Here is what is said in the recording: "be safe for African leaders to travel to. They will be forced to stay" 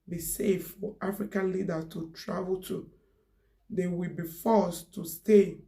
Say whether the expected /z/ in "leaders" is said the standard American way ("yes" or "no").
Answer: no